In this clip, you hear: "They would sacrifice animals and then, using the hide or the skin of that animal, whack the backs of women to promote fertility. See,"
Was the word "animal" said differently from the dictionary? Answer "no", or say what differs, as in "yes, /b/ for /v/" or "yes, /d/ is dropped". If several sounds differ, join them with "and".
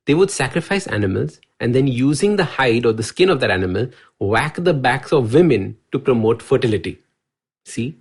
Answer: no